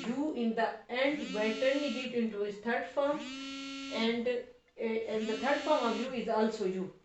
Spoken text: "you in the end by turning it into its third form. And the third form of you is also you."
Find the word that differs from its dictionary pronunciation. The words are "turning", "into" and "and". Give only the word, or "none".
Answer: turning